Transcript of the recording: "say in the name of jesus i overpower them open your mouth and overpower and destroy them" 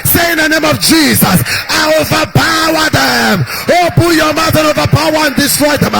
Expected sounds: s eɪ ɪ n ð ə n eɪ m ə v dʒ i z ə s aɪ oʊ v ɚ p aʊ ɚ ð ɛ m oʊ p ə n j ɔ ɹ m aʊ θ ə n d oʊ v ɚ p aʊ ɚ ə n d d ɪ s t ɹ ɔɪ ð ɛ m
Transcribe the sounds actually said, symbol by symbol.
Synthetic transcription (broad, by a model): s eɪ ɪ n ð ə n eɪ m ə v dʒ i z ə s aɪ oʊ v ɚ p aʊ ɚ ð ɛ m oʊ b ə j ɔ m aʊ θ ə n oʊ v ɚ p aʊ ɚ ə n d d ɪ s t ɹ ɔɪ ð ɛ m